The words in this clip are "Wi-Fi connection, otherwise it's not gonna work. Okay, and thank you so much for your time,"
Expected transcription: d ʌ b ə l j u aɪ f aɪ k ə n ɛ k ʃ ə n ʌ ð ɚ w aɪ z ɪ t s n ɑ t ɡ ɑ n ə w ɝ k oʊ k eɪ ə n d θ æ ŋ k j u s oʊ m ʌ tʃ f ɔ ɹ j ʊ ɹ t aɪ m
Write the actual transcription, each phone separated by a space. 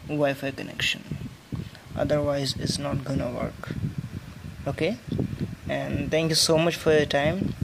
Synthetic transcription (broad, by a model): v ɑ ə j f aɪ k ə n ɛ k ʃ ə n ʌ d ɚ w aɪ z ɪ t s n ɑ t ɡ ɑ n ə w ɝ k oʊ k eɪ ə n d t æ ŋ k j u s oʊ m ʌ tʃ f ɔ ɹ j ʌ t aɪ m